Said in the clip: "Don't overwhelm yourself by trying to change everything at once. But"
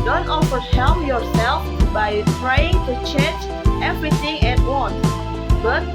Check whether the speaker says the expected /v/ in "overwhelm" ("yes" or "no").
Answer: no